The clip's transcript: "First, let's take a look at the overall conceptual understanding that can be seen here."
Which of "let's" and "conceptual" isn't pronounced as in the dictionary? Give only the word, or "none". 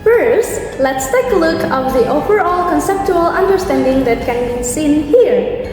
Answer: none